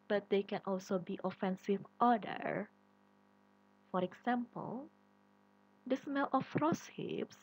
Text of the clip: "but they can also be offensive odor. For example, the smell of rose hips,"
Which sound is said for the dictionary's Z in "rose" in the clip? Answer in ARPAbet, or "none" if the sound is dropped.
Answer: S